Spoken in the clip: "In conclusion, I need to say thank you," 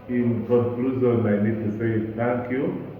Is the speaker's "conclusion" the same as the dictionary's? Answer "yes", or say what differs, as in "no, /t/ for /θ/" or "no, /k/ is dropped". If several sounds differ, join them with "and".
no, /z/ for /ʒ/